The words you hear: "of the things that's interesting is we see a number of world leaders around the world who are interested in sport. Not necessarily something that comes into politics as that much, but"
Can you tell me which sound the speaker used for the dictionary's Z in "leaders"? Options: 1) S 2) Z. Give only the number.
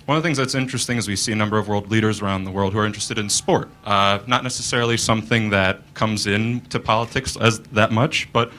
2